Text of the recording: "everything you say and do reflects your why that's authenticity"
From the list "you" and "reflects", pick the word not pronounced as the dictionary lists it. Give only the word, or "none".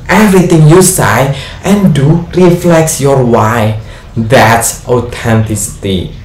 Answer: none